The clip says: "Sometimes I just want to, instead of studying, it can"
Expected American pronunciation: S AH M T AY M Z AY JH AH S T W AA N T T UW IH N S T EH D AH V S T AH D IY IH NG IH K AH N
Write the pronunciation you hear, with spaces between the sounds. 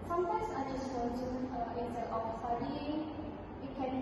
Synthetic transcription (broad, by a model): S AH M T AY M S AY JH AH S T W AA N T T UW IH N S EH AH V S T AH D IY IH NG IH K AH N